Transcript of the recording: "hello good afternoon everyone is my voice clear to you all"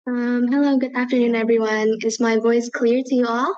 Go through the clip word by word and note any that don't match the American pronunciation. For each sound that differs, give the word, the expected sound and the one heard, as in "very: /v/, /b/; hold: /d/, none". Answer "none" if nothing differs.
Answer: none